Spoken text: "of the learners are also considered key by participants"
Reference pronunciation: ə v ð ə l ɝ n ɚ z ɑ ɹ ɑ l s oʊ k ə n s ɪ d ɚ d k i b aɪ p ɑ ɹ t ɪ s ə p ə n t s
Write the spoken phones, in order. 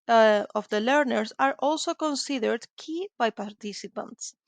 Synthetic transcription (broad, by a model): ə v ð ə l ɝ n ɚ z ɑ ɹ ɑ l s oʊ k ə n s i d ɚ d k i b aɪ p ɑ ɹ t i s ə p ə n t s